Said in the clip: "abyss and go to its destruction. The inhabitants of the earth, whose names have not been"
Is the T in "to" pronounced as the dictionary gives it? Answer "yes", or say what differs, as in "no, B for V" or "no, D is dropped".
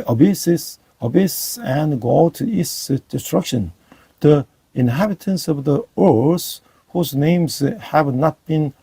no, S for T